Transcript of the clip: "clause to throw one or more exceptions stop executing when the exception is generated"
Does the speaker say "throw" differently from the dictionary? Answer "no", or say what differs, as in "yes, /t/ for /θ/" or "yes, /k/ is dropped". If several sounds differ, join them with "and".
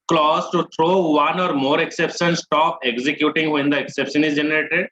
yes, /t/ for /θ/